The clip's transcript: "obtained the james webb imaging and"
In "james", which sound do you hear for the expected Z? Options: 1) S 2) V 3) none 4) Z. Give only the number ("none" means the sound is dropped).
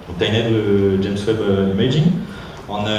1